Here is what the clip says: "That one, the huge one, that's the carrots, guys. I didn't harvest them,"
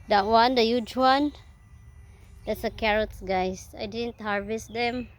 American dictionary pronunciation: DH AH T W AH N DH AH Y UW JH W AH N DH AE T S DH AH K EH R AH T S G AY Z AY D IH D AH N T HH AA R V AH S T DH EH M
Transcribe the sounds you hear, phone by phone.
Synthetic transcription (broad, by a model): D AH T W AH N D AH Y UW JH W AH N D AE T S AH K EH R AH T S G AY S AY D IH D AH N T HH AA R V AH S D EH M